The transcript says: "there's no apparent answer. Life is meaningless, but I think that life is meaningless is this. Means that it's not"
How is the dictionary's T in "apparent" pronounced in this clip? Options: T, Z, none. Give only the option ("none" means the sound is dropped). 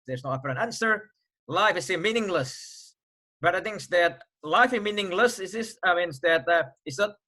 none